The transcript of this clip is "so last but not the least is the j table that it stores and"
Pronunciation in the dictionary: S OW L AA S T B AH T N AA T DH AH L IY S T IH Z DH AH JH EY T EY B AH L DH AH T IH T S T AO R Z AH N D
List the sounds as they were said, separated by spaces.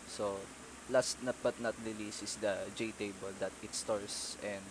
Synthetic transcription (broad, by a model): S OW L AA S T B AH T N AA T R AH L IY S IH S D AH JH EY T EY B AH L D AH T IH T S T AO R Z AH N D